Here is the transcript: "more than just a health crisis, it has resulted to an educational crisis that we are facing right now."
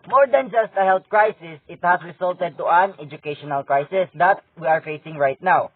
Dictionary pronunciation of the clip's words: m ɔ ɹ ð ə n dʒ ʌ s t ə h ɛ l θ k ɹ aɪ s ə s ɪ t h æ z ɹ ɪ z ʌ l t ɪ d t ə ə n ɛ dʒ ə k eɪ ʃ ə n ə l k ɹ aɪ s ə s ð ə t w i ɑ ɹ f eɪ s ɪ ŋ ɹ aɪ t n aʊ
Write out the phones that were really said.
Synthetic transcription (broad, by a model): m ɔ ɹ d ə n dʒ ʌ s t ə h ɛ l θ k ɹ aɪ s ə s ɪ t h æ s ɹ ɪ s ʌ l t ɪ d t ə ə n ɛ dʒ ə k eɪ ʃ ə n ə l k ɹ aɪ s ə s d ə t w i ɑ ɹ f eɪ s ɪ ŋ ɹ aɪ t n aʊ